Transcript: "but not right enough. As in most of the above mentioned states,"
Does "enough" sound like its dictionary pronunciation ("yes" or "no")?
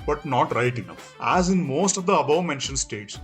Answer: no